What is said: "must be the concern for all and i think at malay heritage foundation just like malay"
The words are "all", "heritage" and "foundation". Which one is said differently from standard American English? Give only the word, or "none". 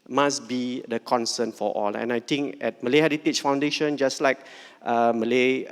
heritage